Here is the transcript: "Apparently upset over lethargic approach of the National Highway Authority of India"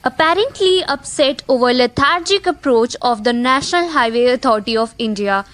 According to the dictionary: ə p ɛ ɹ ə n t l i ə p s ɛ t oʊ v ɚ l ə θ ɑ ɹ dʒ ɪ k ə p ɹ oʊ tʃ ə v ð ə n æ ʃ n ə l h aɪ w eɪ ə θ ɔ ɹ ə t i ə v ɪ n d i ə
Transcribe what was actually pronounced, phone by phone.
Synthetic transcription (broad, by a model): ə p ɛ ɹ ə n t l i ə p s ɛ t oʊ v ɚ l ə t ɑ ɹ dʒ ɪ k ə p ɹ oʊ tʃ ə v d ə n æ ʃ n ə l h aɪ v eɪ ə t ɔ ɹ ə t i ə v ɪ n d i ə